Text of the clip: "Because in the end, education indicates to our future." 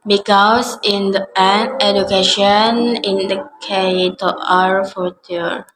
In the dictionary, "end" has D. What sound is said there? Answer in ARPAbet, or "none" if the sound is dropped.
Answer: none